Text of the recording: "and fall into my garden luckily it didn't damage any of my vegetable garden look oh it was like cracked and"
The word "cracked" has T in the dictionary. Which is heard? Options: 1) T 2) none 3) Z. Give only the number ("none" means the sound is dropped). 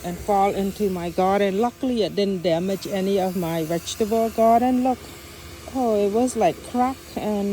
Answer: 2